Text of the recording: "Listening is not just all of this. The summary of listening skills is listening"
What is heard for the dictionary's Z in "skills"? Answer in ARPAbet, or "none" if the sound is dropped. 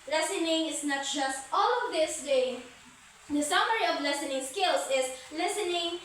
S